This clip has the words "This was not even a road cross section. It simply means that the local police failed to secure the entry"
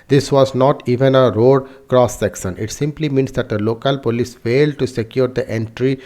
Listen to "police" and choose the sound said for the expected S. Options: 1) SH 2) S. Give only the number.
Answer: 2